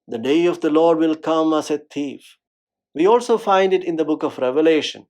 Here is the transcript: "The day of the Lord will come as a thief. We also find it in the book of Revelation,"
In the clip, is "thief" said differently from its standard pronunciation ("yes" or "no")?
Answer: yes